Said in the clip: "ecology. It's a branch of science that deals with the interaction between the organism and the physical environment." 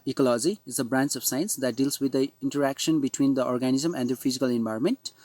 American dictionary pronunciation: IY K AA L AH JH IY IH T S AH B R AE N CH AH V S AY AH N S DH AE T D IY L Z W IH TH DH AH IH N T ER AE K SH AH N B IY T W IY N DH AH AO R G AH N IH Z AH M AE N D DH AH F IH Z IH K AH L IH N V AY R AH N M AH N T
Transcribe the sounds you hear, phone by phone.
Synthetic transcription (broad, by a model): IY K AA L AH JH IY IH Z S AH B R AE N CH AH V S AY AH N S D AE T D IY L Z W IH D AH IH N T ER AE K SH AH N B IY T W IY N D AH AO R G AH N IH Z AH M AE N D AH F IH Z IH K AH L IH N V AY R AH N M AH N T